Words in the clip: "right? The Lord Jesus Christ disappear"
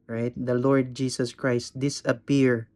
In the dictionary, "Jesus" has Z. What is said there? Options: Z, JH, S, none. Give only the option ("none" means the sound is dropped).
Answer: S